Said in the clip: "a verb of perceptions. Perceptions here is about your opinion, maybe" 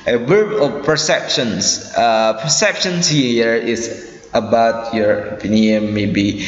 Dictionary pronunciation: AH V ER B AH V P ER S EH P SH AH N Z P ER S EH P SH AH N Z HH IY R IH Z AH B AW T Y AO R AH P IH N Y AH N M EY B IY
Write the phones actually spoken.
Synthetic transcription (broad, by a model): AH W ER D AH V P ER S EH P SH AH N S P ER S EH P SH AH N S HH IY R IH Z AH B AW T Y AO R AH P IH N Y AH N M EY B IY